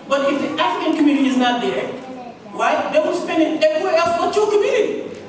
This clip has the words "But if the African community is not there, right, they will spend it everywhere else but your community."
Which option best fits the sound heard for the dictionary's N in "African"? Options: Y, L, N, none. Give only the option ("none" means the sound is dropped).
N